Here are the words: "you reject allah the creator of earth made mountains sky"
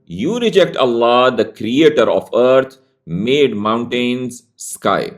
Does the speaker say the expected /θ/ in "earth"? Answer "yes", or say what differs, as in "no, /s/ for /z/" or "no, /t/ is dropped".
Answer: no, /t/ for /θ/